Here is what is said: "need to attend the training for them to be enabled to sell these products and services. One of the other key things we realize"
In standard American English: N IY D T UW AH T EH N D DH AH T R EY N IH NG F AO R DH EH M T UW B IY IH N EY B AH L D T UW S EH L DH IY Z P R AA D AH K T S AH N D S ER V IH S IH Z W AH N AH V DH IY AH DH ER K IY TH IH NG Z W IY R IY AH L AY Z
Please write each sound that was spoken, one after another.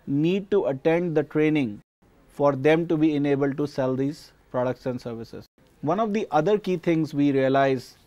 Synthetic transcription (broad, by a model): N IY D T UW AH T EH N D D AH T R EY N IH NG F AO R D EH M T UW B IY IH N EY B AH L D T UW S EH L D IY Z P R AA D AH K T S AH N S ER V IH S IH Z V AH N AH V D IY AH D ER K IY T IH NG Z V IY R IY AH L AY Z